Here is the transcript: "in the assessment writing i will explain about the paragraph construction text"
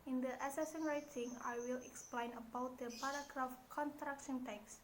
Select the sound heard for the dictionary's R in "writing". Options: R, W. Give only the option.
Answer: R